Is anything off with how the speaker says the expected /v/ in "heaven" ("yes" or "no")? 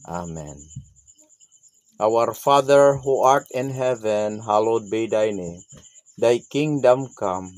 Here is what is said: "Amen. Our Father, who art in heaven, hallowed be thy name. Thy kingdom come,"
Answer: no